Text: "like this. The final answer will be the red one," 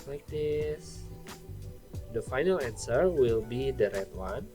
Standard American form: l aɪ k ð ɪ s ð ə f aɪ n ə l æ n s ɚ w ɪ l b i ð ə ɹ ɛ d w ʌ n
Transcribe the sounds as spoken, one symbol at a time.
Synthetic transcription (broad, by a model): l aɪ k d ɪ s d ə f aɪ n ə l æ n s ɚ w ɪ l b i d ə ɹ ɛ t w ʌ n